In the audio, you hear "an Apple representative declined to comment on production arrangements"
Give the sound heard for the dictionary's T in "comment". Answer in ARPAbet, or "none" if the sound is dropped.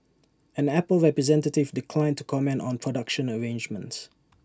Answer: T